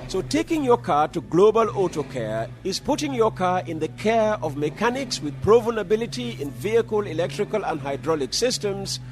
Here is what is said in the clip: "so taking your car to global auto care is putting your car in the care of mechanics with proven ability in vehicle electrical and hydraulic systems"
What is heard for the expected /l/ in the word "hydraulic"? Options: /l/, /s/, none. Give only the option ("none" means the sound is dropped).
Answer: /l/